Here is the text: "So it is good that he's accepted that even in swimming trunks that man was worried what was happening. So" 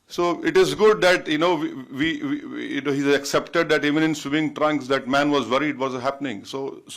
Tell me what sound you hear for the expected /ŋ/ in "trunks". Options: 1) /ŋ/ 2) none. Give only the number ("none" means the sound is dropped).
1